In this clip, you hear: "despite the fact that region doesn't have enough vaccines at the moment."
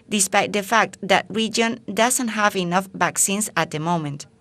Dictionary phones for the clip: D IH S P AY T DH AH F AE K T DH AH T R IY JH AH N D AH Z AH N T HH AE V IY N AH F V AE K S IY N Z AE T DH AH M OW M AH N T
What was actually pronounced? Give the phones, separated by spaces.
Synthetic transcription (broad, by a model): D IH S P AY T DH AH F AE K T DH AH T R IY JH AH N D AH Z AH N T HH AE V IY N AH F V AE K S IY N S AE T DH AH M OW M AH N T